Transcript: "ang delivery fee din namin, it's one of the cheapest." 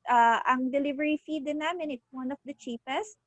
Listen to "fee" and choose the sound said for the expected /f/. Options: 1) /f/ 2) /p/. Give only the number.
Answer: 1